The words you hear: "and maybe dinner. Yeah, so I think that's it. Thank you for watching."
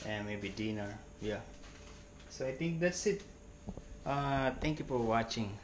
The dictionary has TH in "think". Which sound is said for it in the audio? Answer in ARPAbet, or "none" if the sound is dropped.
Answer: T